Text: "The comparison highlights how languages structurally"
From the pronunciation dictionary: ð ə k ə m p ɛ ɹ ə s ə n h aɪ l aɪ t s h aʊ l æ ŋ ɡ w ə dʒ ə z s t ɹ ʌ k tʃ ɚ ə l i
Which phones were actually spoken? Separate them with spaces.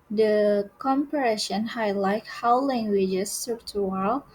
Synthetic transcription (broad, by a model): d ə k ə m p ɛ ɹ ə ʃ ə n h aɪ l aɪ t h aʊ l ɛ ŋ ɡ w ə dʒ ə s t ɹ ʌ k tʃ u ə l